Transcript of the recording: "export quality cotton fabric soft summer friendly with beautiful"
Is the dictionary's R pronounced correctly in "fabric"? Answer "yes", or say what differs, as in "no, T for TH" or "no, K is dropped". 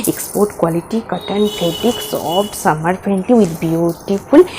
no, R is dropped